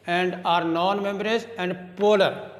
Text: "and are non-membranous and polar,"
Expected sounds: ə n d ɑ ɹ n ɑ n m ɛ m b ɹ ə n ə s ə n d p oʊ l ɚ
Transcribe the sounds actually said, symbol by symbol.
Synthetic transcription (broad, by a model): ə n d ɑ ɹ n ɑ n m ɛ m b ə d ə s ə n d p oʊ l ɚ